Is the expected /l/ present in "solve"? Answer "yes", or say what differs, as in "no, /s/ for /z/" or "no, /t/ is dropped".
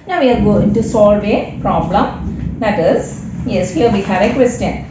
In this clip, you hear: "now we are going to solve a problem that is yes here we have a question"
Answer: yes